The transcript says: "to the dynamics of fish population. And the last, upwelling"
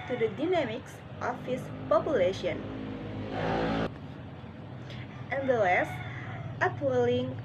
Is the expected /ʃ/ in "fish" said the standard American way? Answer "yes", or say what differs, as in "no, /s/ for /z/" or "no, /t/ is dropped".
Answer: no, /s/ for /ʃ/